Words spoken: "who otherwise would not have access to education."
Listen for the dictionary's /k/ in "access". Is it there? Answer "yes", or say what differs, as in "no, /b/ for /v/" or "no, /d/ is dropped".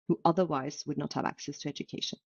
yes